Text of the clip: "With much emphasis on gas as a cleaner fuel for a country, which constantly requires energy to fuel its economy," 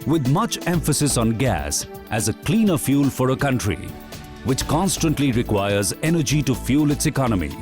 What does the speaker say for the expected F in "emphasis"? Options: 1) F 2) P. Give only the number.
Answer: 1